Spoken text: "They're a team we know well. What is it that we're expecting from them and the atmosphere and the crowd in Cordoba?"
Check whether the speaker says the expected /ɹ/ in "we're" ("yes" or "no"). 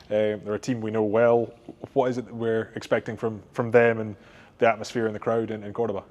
yes